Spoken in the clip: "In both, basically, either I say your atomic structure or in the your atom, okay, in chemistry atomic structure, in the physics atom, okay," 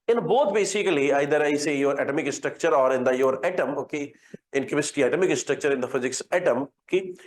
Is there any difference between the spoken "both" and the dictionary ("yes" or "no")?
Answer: yes